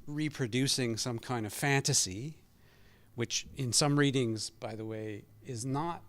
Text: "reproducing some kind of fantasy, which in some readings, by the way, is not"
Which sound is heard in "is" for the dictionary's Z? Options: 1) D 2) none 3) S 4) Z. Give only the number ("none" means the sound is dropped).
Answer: 4